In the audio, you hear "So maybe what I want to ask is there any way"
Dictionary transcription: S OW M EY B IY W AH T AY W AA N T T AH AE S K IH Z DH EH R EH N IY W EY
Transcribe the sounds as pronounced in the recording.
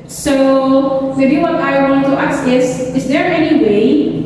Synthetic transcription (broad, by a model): S OW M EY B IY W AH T AY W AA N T T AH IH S IH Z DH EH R EH N IY W EY